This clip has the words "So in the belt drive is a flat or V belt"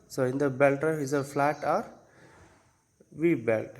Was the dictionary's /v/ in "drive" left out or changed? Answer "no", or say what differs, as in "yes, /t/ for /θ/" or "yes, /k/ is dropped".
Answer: yes, /v/ is dropped